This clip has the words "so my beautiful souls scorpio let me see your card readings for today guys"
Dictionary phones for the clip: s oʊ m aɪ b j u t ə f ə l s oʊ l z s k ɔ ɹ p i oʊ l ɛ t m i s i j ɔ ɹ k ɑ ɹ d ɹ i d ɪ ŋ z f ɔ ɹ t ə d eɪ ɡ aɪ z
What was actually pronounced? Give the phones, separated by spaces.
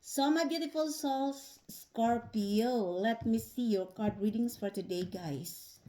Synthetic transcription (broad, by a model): s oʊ m aɪ b j u t ə f ə l s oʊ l s k ɔ ɹ p i oʊ l ɛ t m i s i j ɔ ɹ k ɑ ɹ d ɹ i d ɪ ŋ s f ɔ ɹ t ə d eɪ ɡ aɪ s